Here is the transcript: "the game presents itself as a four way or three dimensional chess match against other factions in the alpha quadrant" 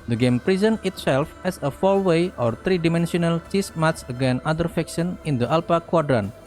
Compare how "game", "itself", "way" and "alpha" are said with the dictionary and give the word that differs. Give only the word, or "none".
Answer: alpha